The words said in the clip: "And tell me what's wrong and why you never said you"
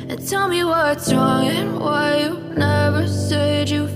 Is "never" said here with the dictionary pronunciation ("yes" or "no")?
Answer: yes